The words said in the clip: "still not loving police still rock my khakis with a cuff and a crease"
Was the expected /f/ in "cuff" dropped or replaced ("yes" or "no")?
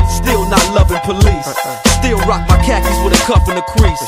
yes